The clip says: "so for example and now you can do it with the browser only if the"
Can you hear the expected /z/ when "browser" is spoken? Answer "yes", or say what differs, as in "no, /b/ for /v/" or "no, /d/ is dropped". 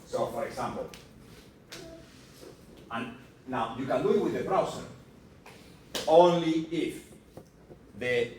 no, /s/ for /z/